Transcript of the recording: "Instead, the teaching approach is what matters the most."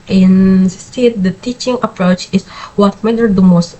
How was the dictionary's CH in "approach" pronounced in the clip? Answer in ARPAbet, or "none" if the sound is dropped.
CH